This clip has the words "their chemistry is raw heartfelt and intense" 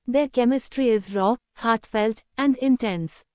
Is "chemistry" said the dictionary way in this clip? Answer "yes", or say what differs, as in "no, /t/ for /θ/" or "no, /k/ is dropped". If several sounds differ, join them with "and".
yes